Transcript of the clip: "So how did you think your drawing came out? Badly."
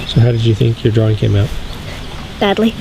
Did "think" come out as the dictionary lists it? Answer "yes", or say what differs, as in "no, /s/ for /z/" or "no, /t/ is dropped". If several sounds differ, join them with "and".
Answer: yes